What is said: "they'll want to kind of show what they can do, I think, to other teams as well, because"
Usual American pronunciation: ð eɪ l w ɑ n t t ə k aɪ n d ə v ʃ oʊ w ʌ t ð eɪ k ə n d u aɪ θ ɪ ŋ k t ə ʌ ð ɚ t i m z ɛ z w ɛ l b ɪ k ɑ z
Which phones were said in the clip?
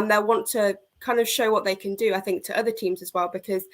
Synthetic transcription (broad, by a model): ð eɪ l w ɑ n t t ə k aɪ n d ə v ʃ oʊ w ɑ t ð eɪ k ə n d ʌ aɪ θ ɪ ŋ k t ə ʌ ð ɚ t i m z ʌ z w ɛ l b ɪ k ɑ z